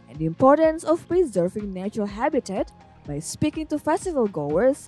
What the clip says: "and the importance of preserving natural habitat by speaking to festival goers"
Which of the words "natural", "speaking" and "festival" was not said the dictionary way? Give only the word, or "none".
none